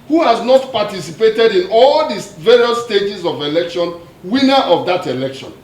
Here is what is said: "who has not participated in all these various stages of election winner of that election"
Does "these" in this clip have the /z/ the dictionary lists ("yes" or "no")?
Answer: no